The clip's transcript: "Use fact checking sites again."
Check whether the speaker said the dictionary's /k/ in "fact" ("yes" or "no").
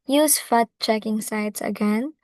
no